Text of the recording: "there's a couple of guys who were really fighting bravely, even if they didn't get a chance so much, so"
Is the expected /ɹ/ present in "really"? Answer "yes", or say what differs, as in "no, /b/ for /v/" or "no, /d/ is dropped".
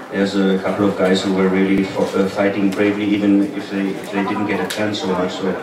no, /l/ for /ɹ/